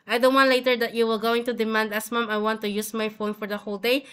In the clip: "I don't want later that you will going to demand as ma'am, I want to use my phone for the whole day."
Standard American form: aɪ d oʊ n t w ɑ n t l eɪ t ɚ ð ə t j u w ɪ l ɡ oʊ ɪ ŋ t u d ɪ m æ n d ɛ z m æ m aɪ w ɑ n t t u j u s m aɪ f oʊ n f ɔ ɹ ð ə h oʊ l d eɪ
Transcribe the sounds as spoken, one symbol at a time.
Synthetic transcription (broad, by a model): aɪ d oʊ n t w ɑ n t l eɪ t ɚ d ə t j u w ɪ l ɡ oʊ ɪ ŋ t u d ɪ m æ n d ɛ s m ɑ m aɪ w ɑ n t t u j u s m aɪ f oʊ n f ɔ ɹ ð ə h oʊ l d eɪ